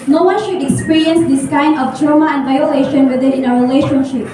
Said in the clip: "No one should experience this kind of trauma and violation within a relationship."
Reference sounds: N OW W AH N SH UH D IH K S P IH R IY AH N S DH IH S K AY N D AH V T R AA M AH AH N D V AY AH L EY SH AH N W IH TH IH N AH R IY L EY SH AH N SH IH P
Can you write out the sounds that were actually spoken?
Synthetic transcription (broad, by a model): N OW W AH N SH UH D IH K S P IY R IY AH N S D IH S K AY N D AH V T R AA M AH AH N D V AY AH L EY SH AH N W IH T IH N AH R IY L EY SH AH N SH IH P